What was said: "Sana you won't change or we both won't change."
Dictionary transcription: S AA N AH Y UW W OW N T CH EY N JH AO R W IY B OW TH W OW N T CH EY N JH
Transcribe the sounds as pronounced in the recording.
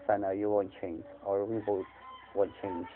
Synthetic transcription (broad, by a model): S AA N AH Y UW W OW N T CH EY N JH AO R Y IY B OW T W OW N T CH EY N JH